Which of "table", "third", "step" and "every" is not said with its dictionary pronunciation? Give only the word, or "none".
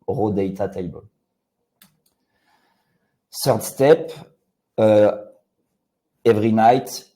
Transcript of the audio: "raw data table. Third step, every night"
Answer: third